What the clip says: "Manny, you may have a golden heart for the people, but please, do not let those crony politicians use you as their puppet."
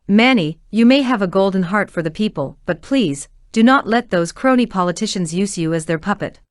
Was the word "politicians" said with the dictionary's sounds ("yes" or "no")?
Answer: yes